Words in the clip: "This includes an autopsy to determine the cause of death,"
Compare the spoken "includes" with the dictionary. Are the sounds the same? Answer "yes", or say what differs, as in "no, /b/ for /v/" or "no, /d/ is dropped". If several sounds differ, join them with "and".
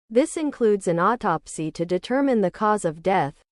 yes